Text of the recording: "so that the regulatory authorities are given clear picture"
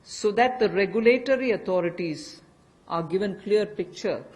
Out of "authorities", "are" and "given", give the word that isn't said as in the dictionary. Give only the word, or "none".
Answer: authorities